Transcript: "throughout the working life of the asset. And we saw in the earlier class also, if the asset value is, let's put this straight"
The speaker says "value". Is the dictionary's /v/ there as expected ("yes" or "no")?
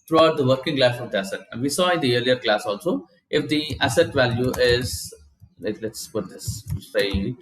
yes